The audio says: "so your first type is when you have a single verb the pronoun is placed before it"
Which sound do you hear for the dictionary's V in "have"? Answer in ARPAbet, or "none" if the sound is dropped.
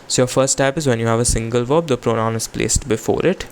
V